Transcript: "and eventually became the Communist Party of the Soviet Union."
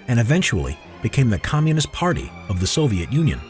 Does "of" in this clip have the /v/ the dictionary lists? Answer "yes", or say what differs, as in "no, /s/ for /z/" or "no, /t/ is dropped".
yes